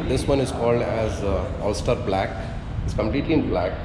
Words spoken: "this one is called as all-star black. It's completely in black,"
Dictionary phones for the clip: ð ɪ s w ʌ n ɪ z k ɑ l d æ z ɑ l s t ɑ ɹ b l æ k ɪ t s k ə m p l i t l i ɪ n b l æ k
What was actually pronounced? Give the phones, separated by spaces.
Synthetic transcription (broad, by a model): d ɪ s w ʌ n ɪ z k ɑ l d æ z ɑ l s t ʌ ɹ b l æ k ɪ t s k ə m p l i t l i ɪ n b l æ k